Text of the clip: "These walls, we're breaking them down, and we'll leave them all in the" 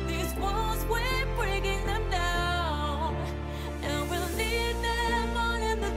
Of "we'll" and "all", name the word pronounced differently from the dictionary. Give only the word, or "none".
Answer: all